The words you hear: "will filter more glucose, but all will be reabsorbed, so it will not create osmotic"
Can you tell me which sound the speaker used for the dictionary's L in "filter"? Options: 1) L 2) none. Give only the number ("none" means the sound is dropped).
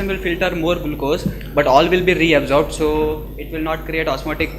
1